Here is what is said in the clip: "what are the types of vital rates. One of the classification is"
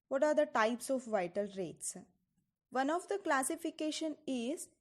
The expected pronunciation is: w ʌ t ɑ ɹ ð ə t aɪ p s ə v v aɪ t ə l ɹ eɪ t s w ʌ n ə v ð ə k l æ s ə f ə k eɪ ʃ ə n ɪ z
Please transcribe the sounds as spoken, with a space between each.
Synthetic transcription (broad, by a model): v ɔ t ɑ ɹ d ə t aɪ p s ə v v aɪ t ə l ɹ eɪ t s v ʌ n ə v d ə k l æ s ə f ə k eɪ ʃ ə n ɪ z